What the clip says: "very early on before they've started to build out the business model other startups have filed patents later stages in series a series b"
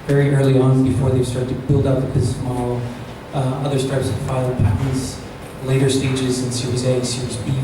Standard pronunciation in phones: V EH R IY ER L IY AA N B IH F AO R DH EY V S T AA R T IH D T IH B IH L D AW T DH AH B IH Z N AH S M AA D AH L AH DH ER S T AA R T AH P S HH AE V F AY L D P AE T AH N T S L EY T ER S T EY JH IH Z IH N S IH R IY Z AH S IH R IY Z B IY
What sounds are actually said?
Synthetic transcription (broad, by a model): V EH R IY ER L IY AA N B IH F AO R DH EY V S T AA R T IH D T IH B IH L D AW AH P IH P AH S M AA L AH DH ER S T AA R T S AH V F AY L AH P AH T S L EY T ER S T EY JH IH Z IH N S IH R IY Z AH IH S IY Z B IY